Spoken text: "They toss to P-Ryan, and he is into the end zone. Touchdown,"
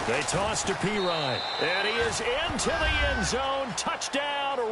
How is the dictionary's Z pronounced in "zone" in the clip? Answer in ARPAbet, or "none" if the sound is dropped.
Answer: Z